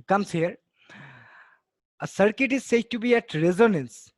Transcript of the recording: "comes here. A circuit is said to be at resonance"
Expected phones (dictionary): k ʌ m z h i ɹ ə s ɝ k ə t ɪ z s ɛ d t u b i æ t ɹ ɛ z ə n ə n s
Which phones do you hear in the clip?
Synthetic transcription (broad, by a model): k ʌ m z h i ɹ ə s ɝ k ə t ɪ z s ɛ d t u b i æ t ɹ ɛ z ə n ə n s